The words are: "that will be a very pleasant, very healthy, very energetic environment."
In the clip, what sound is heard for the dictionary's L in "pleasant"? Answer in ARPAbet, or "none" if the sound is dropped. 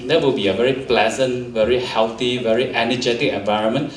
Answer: L